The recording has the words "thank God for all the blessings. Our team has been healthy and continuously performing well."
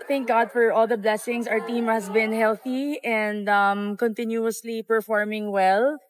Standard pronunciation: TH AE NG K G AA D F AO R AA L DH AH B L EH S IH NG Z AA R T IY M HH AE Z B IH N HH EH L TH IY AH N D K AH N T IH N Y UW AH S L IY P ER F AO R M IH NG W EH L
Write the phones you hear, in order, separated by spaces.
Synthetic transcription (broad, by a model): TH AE NG K G AA D F AO R AA L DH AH B L EH S IH NG S AA R T IY M HH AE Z B IH N HH EH L TH IY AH N D K AH N T IH N Y UW AH S L IY P ER F AO R M IH NG W EH L